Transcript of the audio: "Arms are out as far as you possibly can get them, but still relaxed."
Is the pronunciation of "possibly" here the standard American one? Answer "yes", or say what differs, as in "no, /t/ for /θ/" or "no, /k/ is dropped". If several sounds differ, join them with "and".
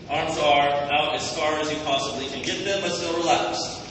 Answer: yes